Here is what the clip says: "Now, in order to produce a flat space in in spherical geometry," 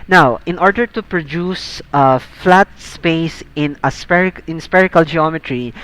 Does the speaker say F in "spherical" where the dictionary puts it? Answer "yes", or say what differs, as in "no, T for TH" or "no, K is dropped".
no, P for F